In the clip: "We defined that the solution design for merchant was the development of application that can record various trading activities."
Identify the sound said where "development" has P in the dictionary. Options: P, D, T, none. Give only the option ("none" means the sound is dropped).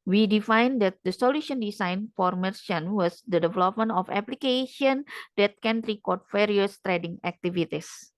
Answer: P